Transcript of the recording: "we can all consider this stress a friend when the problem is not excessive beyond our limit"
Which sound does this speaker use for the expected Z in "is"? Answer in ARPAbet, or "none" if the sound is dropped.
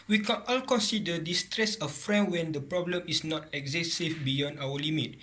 S